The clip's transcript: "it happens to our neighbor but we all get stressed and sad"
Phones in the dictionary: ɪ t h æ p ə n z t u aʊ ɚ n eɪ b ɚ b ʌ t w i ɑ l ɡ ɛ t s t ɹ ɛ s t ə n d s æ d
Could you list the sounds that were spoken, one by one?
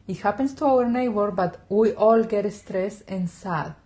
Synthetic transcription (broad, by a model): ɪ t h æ p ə n s t u aʊ ɚ n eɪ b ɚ b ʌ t w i ɑ l ɡ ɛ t s t ɹ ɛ s ə n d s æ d